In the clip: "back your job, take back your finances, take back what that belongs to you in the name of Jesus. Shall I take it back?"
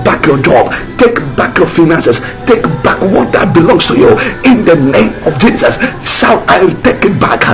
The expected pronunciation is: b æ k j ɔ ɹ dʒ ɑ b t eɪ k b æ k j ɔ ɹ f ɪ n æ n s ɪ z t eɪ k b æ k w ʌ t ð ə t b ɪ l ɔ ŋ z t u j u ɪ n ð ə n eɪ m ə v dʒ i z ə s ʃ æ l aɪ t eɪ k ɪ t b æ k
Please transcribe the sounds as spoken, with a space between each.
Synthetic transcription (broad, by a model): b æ k j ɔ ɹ dʒ ɑ b t eɪ k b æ k j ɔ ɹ f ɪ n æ n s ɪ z t eɪ k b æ k w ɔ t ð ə t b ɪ l ɔ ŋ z t u j u ɪ n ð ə n eɪ m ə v dʒ i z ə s s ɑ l aɪ t eɪ k ɪ t b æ k